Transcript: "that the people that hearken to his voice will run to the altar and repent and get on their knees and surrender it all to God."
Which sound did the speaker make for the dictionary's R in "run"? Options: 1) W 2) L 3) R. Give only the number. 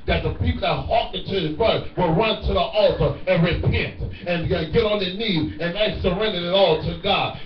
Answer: 3